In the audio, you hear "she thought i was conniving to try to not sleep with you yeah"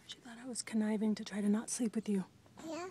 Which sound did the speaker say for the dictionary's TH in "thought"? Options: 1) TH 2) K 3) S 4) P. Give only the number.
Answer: 1